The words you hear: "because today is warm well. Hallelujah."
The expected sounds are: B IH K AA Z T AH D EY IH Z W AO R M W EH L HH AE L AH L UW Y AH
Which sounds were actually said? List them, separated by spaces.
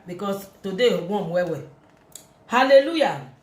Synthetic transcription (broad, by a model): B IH K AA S T AH D EY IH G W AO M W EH W HH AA L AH L UW Y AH